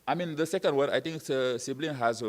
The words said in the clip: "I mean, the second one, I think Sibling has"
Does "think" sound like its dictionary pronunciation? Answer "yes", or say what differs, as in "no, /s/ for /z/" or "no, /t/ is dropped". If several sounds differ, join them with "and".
no, /t/ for /θ/